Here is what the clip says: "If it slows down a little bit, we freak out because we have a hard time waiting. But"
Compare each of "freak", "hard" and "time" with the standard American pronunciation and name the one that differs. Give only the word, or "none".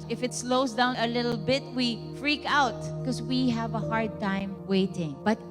none